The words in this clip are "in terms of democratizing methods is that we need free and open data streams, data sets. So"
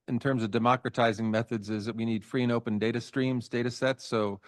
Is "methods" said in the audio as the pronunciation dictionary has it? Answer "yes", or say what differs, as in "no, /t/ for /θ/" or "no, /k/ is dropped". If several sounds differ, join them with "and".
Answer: yes